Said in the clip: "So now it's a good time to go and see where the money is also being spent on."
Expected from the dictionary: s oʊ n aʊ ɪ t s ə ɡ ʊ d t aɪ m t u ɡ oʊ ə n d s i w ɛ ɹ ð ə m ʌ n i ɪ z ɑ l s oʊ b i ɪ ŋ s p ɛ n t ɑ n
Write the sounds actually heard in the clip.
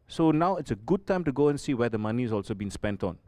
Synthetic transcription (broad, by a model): s oʊ n aʊ ɪ t s ə ɡ ʊ d t aɪ m t u ɡ oʊ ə n s i w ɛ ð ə m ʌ n i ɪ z ɑ l s oʊ b i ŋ s p ɛ n t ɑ n